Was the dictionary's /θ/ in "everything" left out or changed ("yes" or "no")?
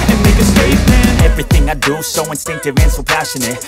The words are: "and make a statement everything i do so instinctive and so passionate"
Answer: no